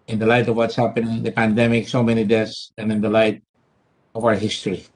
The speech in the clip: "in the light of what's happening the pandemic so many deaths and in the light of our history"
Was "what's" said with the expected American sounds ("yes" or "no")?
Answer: yes